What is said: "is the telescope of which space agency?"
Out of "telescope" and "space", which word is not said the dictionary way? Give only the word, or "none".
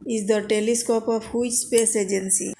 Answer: none